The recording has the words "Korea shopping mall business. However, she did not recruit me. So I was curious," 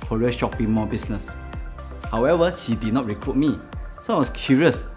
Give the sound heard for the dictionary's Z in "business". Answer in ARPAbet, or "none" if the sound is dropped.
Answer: S